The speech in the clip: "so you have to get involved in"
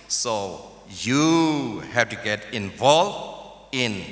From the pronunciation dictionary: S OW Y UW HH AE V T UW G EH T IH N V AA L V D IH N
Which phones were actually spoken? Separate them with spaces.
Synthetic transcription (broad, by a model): S OW Y UW HH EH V T UW G EH T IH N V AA L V IH N